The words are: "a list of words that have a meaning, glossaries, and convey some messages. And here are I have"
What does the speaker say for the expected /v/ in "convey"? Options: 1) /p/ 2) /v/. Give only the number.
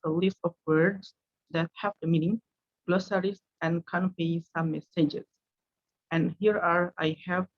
1